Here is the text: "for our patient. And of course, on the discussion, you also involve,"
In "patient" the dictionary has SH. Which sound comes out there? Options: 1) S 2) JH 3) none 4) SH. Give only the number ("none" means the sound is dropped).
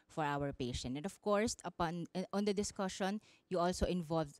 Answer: 4